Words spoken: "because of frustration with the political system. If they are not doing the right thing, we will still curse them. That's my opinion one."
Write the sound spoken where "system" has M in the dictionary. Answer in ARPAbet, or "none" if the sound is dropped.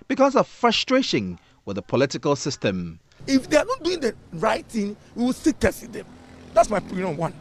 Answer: M